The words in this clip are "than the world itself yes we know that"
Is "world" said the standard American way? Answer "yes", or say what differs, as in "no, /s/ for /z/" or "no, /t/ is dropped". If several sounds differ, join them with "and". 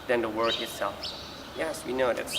no, /l/ is dropped